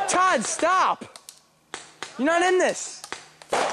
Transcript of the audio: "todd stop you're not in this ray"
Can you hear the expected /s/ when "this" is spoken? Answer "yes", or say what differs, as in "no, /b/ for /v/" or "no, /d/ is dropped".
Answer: yes